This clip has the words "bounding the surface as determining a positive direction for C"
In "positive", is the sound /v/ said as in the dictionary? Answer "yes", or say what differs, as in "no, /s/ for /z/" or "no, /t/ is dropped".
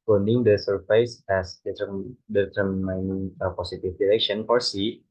no, /f/ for /v/